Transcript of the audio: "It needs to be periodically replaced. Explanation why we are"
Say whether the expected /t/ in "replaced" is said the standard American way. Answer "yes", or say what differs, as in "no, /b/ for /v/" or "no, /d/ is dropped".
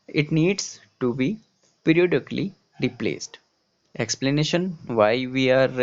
yes